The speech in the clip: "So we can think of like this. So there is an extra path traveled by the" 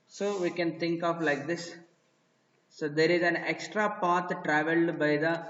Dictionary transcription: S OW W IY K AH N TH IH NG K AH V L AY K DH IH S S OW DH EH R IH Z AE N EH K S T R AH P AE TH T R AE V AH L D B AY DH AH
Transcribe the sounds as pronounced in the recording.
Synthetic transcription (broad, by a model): S OW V IY K AH N T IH NG K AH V L AY K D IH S S OW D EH R IH Z AE N EH K S T R AH P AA T T R AE V AH L D B AY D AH